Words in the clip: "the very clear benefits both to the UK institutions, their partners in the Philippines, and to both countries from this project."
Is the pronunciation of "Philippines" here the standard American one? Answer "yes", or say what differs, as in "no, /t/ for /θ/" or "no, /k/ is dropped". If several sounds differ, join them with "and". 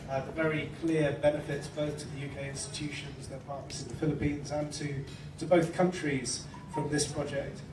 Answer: yes